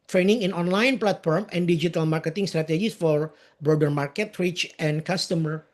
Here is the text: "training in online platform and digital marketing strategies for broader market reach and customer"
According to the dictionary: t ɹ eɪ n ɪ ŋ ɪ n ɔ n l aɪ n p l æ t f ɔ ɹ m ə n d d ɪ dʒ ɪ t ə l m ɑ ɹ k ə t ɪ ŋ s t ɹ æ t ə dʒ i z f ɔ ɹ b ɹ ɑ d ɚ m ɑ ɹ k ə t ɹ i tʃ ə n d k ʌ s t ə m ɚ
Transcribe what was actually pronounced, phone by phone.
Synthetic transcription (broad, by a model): t ɹ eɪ n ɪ ŋ ɪ n ɔ n l aɪ n p l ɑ t f ɔ ɹ m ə n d d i dʒ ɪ t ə l m ɑ ɹ k ə t ɪ ŋ s t ɹ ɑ t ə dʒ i s f ɔ ɹ b ɹ ɑ d ɚ m ɑ ɹ k ə t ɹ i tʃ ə n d k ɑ s t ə m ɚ